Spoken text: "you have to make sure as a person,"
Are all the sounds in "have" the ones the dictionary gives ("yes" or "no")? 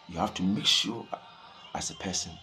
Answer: no